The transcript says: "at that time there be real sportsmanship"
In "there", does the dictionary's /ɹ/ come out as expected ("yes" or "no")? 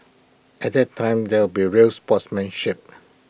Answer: no